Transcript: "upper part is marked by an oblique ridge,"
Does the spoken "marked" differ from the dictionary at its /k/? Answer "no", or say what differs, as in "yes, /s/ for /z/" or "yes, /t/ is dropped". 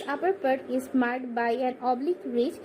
yes, /k/ is dropped